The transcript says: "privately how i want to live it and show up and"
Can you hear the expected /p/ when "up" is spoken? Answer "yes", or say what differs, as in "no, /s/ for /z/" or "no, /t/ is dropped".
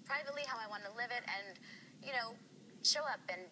yes